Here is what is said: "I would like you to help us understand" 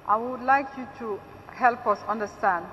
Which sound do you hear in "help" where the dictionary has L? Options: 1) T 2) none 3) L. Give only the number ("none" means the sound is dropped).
3